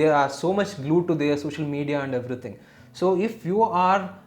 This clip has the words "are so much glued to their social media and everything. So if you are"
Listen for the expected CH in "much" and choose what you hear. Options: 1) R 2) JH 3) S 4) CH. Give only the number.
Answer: 4